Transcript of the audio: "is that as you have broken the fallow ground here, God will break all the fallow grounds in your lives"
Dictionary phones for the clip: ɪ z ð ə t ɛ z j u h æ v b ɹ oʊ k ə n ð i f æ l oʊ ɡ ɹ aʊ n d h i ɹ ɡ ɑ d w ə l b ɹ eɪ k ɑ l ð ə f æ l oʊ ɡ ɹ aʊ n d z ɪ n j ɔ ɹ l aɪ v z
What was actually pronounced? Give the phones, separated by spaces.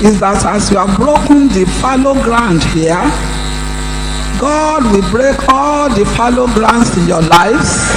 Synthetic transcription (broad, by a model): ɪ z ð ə t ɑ s j u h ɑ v b ɹ oʊ k ə n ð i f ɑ l oʊ ɡ ɹ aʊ n d h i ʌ ɡ ɑ d w ə l b ɹ eɪ k ɑ l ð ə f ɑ l oʊ ɡ ɹ aʊ n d s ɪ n j ɔ l aɪ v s